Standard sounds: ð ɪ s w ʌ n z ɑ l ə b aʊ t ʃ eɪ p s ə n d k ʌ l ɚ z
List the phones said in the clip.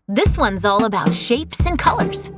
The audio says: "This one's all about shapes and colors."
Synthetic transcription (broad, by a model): ð ɪ s w ʌ n z ɑ l ə b aʊ t ʃ eɪ p s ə n k ʌ l ɚ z